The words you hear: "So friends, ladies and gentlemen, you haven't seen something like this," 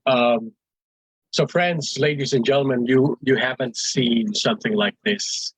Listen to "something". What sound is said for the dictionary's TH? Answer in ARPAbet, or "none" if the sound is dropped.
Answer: TH